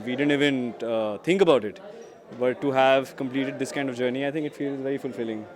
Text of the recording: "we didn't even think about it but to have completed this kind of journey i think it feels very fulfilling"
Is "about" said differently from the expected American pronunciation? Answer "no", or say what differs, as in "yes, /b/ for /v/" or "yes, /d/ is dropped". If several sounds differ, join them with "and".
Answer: no